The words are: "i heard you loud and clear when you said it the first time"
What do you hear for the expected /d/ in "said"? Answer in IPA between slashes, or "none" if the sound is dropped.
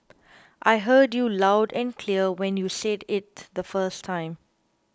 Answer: /d/